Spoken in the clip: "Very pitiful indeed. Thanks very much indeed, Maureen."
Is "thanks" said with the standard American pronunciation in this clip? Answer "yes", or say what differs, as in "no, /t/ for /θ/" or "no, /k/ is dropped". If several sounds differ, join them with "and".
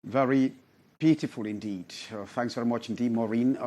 yes